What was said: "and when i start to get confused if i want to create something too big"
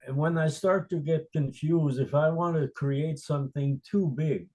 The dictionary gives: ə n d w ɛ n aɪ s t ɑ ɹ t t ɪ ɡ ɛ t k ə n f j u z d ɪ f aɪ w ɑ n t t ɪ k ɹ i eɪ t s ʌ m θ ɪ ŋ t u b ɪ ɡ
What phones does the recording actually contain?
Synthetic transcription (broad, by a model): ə n w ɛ n aɪ s t ɑ ɹ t t ɪ ɡ ɛ t k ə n f j u z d ɪ f aɪ w ɑ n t t ɪ k ɹ i eɪ t s ʌ m θ ɪ ŋ t u b ɪ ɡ